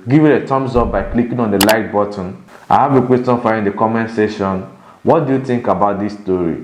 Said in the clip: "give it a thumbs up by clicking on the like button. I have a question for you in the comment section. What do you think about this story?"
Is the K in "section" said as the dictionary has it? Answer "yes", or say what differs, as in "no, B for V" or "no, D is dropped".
no, K is dropped